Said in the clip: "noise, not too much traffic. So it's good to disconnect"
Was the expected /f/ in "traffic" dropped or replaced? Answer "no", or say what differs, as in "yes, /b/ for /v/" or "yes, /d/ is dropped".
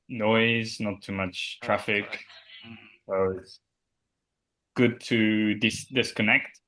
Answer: no